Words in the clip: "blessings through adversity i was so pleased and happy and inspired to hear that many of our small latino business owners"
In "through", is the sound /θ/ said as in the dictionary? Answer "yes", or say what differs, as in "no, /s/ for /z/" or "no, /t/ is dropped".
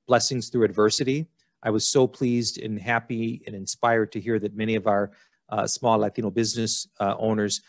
yes